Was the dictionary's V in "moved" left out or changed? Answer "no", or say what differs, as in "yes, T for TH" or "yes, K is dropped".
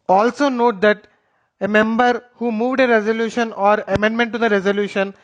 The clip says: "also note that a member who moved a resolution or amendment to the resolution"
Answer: no